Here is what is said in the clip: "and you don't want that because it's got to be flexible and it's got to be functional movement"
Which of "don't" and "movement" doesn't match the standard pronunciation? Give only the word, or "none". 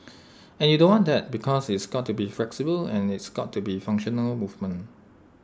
movement